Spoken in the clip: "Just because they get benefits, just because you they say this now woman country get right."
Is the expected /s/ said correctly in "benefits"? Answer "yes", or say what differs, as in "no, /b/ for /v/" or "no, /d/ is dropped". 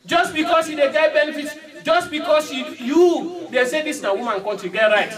no, /s/ is dropped